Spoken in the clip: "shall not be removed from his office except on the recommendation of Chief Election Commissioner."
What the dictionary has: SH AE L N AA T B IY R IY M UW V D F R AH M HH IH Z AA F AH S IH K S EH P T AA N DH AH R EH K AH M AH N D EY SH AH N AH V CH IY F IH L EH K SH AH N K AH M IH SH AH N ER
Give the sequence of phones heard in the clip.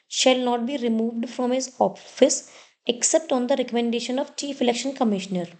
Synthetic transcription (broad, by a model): SH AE L N AA T B IY R IY M UW V D F R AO M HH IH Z AA F AH S IH K S EH P T AA N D AH R EH K AH M AH N D EY SH AH N AH V CH IY F IH L EH K SH AH N K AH M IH SH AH N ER